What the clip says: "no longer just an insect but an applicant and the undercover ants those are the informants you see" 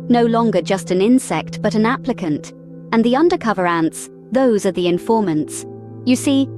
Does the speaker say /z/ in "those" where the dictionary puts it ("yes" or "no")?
yes